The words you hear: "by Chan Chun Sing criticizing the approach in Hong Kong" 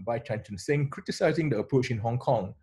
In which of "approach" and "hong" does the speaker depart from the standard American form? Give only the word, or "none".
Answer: none